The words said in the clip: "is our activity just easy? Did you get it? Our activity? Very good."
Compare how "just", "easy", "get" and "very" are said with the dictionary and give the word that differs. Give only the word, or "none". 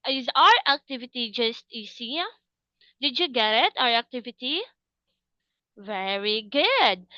easy